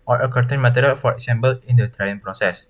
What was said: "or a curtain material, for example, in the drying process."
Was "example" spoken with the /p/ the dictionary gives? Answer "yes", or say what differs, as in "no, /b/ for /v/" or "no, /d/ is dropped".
no, /b/ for /p/